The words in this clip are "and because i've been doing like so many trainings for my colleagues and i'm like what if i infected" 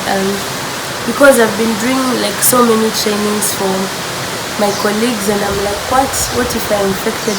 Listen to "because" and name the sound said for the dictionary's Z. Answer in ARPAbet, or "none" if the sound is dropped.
Z